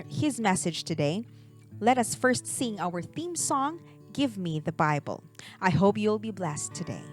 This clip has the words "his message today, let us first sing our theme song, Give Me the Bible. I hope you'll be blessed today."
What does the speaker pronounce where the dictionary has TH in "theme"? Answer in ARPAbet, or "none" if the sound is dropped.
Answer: TH